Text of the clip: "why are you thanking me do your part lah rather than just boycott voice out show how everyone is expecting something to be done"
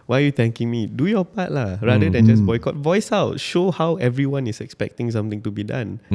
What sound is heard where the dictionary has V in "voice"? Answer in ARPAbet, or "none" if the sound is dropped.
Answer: V